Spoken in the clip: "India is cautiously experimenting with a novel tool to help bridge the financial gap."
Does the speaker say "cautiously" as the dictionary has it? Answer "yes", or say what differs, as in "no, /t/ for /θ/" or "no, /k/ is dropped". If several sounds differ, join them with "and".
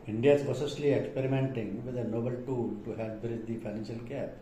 no, /s/ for /ʃ/